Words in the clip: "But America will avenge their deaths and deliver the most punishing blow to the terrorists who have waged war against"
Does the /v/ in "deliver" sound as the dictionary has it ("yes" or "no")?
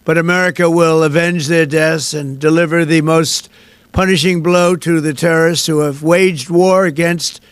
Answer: yes